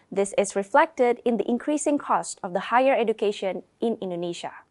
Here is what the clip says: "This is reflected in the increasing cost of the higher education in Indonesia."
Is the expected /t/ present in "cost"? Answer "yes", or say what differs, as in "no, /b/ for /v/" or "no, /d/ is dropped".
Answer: yes